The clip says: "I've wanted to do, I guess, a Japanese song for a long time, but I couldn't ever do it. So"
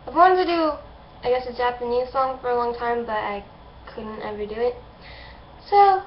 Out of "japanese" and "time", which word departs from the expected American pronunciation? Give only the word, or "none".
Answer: none